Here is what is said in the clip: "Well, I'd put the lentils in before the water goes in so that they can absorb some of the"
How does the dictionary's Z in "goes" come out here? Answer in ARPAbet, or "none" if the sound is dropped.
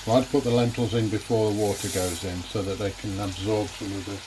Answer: Z